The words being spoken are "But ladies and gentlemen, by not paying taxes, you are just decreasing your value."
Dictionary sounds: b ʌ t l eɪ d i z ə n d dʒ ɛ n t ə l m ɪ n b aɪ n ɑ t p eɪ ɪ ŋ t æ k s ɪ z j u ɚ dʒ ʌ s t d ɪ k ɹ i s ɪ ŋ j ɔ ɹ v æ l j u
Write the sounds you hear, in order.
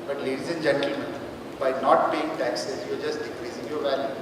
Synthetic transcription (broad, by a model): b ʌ t l eɪ d i z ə n dʒ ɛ n t l m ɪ n b aɪ n ɑ t p eɪ ɪ ŋ t æ k s ɪ z j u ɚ dʒ ʌ s t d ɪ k ɹ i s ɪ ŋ j ɔ ɹ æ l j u